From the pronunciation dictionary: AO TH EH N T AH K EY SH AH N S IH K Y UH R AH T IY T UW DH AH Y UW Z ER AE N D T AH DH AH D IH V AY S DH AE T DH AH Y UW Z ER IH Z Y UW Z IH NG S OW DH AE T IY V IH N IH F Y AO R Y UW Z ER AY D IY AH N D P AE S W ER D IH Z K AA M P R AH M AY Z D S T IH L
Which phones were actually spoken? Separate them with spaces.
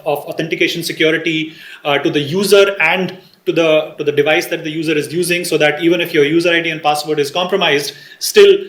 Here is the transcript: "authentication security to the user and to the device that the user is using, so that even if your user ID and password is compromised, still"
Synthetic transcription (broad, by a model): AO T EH N T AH K EY SH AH N S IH K Y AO R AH T IY T UW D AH Y UW Z ER AE N D T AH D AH D IH V AY S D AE T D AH Y UW Z ER IH Z Y UW Z IH NG S OW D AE T IY V IH N IH F Y AO R Y UW Z ER AY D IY AH N D P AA S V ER D IH Z K AA M P R AH M AY Z D S T IH L